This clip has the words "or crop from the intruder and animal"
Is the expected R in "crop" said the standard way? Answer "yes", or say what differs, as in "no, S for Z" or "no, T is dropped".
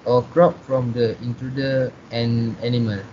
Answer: yes